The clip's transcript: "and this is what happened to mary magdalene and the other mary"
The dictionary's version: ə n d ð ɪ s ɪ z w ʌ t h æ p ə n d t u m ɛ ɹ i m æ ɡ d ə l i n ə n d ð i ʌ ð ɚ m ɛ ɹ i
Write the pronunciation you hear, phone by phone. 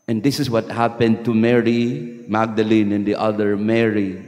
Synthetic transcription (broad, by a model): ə n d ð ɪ s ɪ s w ʌ t h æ p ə n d t u m ɛ ɹ i m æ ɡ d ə l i n ə n d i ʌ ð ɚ m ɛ ɹ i